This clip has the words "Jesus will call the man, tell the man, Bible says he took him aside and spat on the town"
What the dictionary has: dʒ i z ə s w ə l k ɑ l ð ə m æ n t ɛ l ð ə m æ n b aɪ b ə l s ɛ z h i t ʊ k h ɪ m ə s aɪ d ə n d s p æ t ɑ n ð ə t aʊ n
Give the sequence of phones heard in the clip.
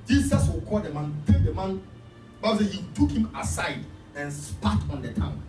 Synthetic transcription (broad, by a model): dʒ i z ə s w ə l k ɑ l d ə m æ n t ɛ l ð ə m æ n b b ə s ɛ h i t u k h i m ə s aɪ d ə n s p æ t ɑ n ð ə t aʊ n